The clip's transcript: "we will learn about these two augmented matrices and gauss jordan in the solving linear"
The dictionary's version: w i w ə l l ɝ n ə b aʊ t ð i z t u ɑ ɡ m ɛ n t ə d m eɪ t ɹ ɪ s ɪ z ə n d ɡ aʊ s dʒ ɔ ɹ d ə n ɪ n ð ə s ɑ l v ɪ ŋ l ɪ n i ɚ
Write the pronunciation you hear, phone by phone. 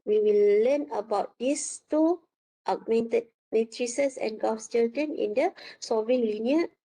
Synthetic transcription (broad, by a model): w i w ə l l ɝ n ə b aʊ t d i s t u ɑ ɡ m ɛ n t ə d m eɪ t ɹ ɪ s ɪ s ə n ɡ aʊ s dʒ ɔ l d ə n ɪ n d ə s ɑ v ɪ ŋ l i n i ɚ